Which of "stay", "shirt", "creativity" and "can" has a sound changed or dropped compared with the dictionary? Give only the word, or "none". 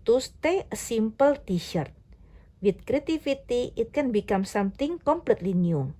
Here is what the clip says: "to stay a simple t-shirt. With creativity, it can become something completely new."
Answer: creativity